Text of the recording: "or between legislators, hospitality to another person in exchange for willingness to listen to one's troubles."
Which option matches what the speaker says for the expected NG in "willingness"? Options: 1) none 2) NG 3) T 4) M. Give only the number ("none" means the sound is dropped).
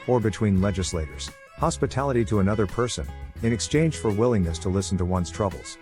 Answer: 2